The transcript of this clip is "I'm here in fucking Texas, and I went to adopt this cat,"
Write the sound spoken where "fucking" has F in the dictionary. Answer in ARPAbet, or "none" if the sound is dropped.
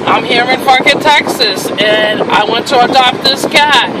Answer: P